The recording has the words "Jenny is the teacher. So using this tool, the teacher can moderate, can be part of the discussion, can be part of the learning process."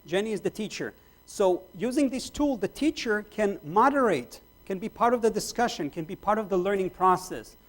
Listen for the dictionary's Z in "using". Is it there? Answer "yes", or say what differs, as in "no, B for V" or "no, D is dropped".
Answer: yes